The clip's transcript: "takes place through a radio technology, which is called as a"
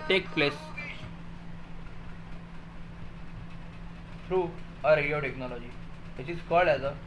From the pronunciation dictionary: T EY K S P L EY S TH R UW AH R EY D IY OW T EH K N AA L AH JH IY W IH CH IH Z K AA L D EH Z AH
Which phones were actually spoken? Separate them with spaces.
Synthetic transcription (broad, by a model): T EY K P L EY S F R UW AH R EY D IY OW T EH K N AA L AH JH IY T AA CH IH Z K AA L EH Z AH